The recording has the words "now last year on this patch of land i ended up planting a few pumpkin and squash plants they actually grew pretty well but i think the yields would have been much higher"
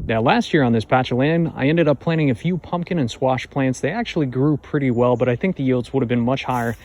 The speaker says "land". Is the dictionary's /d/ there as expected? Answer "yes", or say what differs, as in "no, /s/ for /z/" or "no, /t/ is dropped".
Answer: no, /d/ is dropped